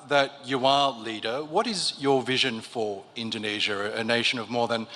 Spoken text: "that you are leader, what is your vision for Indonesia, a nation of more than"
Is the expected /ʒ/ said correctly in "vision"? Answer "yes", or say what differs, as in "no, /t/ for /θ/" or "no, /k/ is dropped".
yes